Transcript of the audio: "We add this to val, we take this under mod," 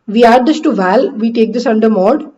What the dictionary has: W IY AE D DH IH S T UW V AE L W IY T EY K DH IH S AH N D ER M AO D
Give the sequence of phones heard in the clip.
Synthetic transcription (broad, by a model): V IY AE D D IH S T UW V AE L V IY T EY K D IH S AH N D ER M AO D